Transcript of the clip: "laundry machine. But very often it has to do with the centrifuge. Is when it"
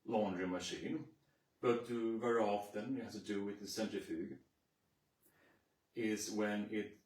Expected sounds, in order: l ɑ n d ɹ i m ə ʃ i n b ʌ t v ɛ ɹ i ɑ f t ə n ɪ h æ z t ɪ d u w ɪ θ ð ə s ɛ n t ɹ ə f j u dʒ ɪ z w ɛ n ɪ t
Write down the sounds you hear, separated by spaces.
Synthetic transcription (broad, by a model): l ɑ n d ɹ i m ə ʃ i n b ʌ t v ɛ ɹ i ɑ f t ə n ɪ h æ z t ɪ d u w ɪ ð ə s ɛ n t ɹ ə f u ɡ ɪ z w ɛ n ɪ t